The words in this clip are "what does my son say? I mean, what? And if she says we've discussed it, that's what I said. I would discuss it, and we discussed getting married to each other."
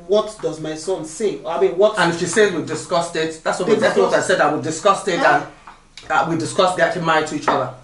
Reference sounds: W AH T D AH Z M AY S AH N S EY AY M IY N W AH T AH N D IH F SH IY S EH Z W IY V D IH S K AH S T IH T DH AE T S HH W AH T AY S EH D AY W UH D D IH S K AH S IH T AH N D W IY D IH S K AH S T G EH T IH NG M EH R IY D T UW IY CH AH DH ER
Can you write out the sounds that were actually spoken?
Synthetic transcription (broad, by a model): W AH T D AH Z M AY S AH N S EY AY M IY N W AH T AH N IH F SH IY S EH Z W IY D IH S K AH S T IH T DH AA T S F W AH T AY S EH D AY W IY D D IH S K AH S IH T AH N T W IY D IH S K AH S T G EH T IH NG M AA IY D T UW IY CH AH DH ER